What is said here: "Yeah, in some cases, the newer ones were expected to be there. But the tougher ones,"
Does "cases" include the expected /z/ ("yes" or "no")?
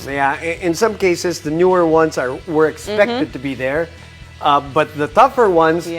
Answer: yes